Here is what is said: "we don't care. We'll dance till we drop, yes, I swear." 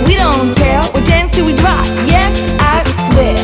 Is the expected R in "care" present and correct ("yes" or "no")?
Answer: no